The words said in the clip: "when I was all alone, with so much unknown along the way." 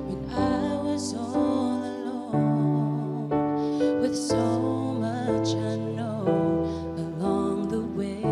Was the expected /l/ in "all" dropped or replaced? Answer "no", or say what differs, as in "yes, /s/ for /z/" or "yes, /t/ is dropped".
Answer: yes, /n/ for /l/